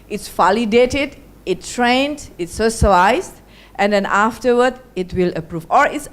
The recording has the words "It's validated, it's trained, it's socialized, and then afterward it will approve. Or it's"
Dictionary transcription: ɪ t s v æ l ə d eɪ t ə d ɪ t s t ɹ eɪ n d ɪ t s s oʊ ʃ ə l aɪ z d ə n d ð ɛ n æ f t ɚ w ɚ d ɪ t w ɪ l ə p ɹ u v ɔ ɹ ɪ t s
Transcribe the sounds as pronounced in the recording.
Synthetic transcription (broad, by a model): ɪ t s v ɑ l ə d eɪ t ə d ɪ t t ɹ eɪ n d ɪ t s s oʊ s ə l aɪ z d ə n d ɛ n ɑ f t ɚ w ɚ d ɪ t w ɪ l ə p ɹ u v ɔ ɹ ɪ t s